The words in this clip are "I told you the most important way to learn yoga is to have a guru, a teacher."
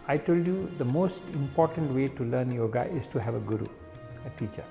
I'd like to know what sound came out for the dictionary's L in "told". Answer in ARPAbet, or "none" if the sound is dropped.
L